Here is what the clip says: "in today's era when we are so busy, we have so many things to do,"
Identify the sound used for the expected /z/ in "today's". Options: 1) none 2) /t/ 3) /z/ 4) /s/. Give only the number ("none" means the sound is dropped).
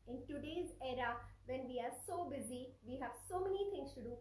3